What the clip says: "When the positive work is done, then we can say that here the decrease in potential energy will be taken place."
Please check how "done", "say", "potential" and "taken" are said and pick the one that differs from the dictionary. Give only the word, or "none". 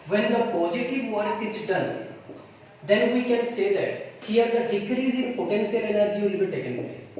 potential